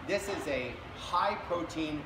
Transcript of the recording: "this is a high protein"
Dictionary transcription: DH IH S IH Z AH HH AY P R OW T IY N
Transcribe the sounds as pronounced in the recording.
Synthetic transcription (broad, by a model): DH IH S IH Z AH HH AY P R OW T IY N